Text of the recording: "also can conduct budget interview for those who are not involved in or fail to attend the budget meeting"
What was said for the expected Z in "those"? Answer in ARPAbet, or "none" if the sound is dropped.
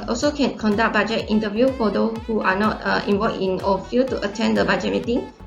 none